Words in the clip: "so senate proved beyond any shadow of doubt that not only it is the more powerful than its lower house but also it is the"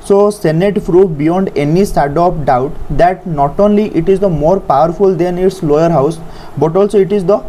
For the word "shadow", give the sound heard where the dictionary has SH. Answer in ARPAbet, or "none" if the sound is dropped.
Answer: S